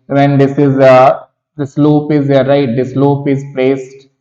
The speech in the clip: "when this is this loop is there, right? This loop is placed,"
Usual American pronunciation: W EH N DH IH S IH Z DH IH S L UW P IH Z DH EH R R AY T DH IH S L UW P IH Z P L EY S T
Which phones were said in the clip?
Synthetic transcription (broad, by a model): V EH N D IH S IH Z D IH S L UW P IH Z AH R R AY T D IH S L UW P IH Z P L EY S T